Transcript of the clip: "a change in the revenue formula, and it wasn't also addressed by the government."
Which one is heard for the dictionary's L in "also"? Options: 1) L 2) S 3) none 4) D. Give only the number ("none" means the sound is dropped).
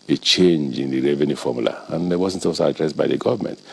3